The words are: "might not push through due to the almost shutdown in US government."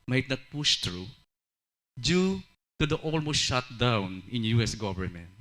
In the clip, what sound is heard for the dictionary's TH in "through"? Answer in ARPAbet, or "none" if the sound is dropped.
T